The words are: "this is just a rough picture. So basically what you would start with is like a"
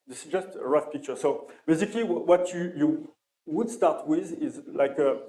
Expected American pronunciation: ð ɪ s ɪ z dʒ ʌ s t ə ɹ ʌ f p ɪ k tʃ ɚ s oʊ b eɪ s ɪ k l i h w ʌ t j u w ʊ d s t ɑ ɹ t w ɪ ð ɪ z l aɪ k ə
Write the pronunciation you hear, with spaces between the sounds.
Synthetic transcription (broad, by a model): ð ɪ s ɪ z dʒ ʌ s t ə ɹ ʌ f p ɪ k tʃ ɚ s oʊ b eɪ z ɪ k l i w w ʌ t j u w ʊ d s t ɑ ɹ t w ɪ ð ɪ z l aɪ k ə